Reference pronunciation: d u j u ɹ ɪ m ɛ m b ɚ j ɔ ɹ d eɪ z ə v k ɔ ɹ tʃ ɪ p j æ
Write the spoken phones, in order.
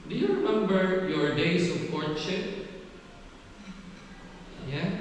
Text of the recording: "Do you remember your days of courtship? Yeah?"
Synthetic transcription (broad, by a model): d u j u ɹ ɪ m ɛ m b ɚ j ɔ ɹ d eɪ s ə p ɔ ɹ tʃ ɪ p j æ